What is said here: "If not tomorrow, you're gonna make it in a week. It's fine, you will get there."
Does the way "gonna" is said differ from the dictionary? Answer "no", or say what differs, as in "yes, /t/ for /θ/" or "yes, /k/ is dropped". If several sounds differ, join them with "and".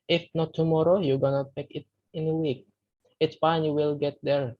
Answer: no